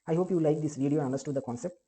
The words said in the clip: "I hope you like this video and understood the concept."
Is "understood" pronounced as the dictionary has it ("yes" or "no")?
no